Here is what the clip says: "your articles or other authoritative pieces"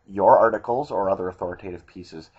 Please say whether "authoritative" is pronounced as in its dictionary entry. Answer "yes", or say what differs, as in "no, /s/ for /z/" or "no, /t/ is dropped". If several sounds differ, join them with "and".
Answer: yes